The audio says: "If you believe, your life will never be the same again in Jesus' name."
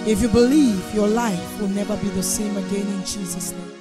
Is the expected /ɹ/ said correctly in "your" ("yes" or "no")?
yes